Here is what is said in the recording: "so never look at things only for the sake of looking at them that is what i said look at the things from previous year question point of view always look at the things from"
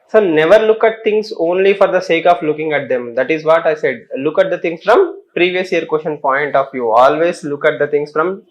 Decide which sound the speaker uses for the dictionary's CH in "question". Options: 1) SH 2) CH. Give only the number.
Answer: 1